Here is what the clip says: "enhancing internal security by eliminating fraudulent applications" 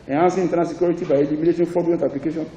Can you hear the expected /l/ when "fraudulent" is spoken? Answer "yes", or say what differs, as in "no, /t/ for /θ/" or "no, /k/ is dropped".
no, /l/ is dropped